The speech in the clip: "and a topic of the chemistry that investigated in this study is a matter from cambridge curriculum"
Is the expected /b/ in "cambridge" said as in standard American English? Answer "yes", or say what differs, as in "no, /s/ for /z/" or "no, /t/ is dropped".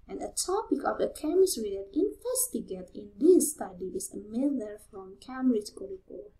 no, /b/ is dropped